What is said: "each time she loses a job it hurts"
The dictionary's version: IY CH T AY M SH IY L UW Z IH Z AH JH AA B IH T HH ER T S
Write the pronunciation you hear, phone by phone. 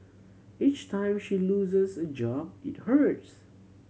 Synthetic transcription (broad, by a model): IY CH T AY M SH IY L UW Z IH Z AH JH AA B IH T HH ER T S